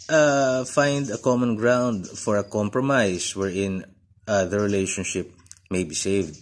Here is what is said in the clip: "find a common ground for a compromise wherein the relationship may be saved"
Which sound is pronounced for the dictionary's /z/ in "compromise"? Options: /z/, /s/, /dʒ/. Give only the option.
/s/